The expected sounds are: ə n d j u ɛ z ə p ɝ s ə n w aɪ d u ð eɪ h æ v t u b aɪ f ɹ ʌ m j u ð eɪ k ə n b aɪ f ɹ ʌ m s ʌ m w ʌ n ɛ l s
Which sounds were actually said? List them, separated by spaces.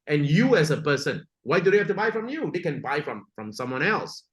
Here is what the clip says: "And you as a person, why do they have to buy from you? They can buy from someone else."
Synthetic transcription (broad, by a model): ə n j u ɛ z ə p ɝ s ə n w aɪ d u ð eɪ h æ f t u b aɪ f ɹ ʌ m j u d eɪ k ə n b aɪ f ɹ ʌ m s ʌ m w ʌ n ɛ l s